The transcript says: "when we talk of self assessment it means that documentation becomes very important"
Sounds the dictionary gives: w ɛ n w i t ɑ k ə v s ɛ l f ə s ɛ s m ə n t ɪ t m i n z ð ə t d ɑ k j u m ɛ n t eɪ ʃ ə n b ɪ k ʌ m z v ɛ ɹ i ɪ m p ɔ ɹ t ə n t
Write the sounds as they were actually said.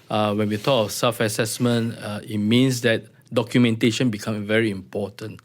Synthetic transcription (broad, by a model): w ɛ n w i t ɑ k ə f s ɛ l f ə s ɛ s m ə n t ɪ t m i n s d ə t d ɑ k j u m ɛ n t eɪ ʃ ə n b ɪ k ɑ m v ɛ ɹ i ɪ m p ɔ t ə n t